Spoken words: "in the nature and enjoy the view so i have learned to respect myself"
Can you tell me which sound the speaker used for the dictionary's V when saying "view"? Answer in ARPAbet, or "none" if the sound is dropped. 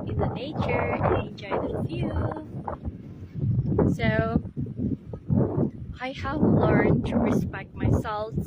F